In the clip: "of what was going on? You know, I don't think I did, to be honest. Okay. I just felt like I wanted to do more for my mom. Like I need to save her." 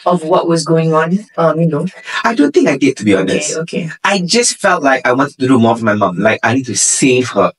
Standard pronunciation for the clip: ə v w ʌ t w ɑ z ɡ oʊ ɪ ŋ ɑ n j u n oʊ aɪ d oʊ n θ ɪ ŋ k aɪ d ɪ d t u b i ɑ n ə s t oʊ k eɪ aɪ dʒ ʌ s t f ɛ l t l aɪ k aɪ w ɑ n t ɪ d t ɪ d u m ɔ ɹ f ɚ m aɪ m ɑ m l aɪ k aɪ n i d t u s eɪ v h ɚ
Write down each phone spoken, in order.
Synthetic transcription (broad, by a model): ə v w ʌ t w ɑ z ɡ oʊ ɪ ŋ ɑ n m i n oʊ aɪ d oʊ n θ ɪ ŋ k aɪ d ɪ d t u b i ɑ n ə s t oʊ k eɪ aɪ dʒ ʌ s t f ɛ l t l aɪ k aɪ w ɑ n t ɪ d t ɪ d u m ɔ ɹ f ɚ m aɪ m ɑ m l aɪ k aɪ n i d t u s eɪ v h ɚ